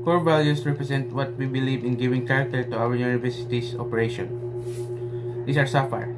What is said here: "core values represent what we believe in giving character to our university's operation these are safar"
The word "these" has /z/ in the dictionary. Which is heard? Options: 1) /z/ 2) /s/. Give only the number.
2